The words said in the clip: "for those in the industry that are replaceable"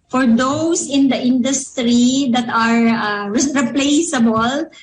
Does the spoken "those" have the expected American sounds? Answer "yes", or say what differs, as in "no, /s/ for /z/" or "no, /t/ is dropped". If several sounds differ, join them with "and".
no, /s/ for /z/